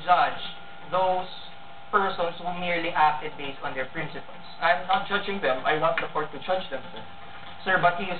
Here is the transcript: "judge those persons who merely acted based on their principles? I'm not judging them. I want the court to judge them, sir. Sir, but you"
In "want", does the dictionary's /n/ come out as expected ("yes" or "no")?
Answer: no